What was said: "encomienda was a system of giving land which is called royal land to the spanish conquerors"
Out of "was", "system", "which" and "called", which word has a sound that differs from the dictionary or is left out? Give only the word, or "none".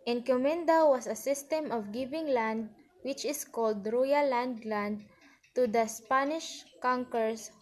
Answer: was